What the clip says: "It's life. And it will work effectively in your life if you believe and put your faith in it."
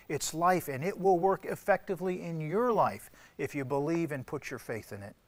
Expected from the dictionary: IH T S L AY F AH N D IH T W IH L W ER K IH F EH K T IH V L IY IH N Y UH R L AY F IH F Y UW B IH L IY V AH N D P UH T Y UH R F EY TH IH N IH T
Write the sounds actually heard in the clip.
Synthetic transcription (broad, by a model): IH T S L AY F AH N IH T W IH L W ER K IH F EH K T IH V L IY IH N Y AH R L AY F IH F Y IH B IH L IY V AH N P UH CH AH R F EY TH IH N IH T